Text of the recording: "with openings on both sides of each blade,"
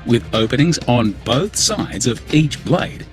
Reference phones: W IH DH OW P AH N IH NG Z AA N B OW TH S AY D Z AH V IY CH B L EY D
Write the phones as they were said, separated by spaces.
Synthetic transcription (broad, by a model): W IH DH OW P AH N IH NG Z N B OW TH S AY D Z AH V IY CH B L EY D